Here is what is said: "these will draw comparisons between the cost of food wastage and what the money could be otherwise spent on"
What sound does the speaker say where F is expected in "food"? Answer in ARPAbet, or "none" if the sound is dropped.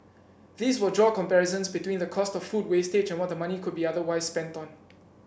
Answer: F